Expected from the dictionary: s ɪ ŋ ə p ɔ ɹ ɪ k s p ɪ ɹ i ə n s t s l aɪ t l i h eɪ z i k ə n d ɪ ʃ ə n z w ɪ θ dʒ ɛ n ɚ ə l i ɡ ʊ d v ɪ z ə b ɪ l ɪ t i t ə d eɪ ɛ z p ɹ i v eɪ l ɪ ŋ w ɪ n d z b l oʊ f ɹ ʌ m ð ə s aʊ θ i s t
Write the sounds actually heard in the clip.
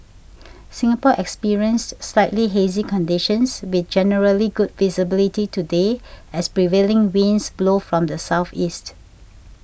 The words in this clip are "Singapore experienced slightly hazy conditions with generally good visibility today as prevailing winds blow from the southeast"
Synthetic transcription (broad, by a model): s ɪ ŋ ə p ɔ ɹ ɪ k s p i ɹ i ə n s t s l aɪ t l i h eɪ z i k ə n d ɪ ʃ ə n s w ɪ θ dʒ ɛ n ɚ ə l i ɡ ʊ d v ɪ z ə b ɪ l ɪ t i t ə d eɪ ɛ s p ɹ i v eɪ l ɪ ŋ w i n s b l oʊ f ɹ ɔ m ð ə s aʊ θ i s t